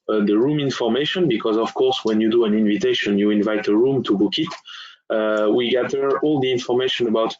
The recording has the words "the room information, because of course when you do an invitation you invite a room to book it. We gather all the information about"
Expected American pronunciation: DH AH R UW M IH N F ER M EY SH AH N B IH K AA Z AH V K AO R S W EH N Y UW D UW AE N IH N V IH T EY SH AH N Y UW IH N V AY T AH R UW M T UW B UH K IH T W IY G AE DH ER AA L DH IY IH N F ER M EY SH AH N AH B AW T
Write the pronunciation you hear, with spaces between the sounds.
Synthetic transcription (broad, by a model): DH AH R UW M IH N F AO M EY SH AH N B IH K AA Z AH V K AO R S W EH N Y UW D UW AE N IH N V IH T EY SH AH N Y UW IH N V AY T AH R UW M T UW B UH K IH T W IY G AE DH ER AA L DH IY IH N F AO M EY SH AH N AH B AW T